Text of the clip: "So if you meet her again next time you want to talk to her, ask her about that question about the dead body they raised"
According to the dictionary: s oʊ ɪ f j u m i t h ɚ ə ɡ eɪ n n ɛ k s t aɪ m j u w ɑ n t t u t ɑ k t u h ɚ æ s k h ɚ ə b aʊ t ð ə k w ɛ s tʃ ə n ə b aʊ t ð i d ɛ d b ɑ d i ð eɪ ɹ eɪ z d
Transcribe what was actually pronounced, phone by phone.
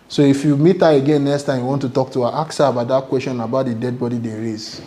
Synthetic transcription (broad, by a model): s oʊ ɪ f j u m i t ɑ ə ɡ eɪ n n ɛ k s t aɪ m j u w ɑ n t t u t ɑ k t u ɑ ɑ k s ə b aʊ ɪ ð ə k w ɛ s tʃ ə n ə b aʊ t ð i d ɛ d b ɑ d i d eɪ ɹ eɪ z